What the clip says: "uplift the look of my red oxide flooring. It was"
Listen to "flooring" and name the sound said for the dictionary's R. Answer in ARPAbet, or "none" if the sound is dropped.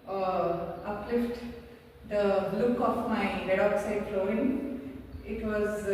none